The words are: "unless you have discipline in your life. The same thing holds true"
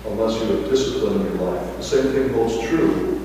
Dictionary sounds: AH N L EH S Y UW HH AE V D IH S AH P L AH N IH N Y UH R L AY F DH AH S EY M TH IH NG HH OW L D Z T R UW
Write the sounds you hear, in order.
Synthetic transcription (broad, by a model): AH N L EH S Y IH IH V D IH S AH P L AH N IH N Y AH R L AY F DH AH S EY M TH IH NG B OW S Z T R UW